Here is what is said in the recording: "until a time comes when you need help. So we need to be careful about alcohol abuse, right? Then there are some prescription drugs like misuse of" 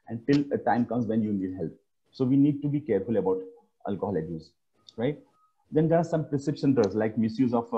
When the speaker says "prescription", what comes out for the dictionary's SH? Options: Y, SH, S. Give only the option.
S